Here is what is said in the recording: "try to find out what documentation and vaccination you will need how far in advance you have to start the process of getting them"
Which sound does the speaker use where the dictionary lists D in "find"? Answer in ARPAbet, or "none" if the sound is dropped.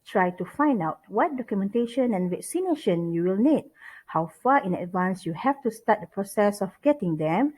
D